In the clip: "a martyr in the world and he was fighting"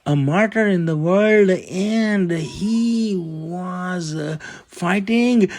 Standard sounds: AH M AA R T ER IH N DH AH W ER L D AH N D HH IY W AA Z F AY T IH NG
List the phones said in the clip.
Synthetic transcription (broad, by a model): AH M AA R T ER IH N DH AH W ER L D AH N D HH IY W AA Z F AY T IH NG